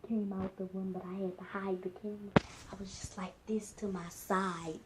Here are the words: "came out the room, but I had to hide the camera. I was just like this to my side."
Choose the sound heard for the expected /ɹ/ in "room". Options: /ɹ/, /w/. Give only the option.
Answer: /w/